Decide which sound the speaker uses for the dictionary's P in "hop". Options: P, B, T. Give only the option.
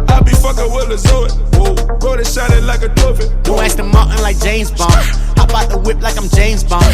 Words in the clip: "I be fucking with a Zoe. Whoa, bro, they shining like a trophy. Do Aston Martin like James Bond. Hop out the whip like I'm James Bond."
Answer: B